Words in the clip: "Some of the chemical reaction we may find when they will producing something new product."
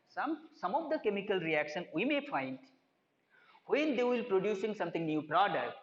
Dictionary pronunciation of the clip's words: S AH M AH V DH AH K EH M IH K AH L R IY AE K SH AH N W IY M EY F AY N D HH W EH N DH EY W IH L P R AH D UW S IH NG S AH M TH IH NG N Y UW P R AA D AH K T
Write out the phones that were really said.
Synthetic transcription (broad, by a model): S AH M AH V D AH K EH M IH K AH L R IY AE K SH AH N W IY M EY F AY N D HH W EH N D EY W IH L P R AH D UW S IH NG S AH M T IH NG N Y UW P R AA D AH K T